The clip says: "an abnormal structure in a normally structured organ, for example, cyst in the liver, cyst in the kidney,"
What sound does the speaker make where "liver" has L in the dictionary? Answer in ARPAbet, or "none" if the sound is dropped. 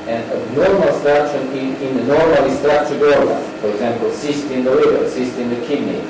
W